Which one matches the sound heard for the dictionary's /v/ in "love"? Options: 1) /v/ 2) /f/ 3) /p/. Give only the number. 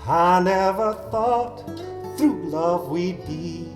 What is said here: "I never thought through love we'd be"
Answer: 1